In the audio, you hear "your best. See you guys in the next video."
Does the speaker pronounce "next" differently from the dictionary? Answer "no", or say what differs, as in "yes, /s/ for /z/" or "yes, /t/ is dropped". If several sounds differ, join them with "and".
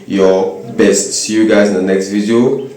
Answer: no